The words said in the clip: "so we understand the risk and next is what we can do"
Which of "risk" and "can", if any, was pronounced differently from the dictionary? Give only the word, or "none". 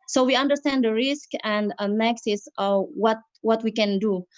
none